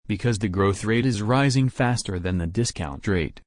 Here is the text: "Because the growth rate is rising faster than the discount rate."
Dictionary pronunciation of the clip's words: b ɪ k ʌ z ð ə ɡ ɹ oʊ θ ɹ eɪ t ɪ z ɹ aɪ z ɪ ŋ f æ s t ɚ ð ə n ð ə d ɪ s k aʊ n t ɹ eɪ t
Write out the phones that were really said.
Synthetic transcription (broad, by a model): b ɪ k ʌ z ð ə ɡ ɹ oʊ θ ɹ eɪ t ɪ z ɹ aɪ z ɪ ŋ f æ s t ɚ ð ə n ð ə d ɪ s k aʊ n t ɹ eɪ t